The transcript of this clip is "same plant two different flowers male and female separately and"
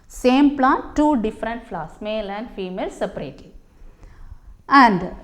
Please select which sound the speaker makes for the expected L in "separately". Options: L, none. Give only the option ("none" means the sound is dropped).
none